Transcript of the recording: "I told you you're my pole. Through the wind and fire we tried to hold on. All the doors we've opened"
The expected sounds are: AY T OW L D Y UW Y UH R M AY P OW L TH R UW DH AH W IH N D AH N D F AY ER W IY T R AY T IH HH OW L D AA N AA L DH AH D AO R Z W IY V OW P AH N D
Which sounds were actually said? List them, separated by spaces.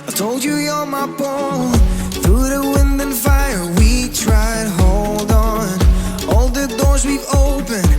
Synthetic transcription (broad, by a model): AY T OW L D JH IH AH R M AY B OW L TH R UW DH AH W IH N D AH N F AY ER W IY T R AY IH HH OW L D N AA L DH AH D AO R Z W IY V OW P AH N